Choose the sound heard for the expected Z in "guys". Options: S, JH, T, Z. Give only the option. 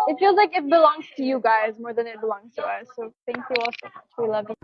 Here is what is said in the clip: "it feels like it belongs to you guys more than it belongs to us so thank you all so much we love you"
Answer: Z